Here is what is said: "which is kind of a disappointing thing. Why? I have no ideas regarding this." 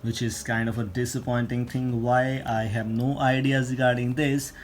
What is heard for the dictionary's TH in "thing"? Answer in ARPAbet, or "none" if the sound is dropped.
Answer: T